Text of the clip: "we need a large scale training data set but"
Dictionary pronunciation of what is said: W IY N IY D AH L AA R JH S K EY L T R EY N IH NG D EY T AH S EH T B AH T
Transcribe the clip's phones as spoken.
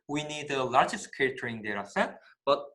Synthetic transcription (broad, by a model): W IY N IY D AH L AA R JH S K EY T AH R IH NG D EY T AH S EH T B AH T